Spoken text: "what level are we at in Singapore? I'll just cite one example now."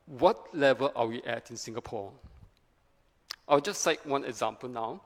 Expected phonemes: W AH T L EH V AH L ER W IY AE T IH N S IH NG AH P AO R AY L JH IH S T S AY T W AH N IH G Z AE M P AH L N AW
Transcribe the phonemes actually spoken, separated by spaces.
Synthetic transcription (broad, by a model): W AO T L EH V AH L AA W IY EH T IH N S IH NG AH P AO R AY W JH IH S S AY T W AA N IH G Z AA M P AH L N AW